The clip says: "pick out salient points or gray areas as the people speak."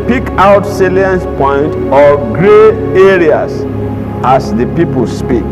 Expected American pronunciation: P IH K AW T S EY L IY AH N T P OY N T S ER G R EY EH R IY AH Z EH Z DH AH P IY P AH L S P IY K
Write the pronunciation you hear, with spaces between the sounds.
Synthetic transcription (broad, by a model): P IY K AW T S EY L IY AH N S P OY N T AO G R EY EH R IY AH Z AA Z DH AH P IY P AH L S P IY K